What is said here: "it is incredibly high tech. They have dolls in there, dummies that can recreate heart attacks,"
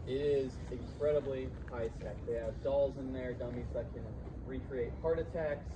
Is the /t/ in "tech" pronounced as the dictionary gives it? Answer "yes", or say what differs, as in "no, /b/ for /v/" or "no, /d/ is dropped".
no, /s/ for /t/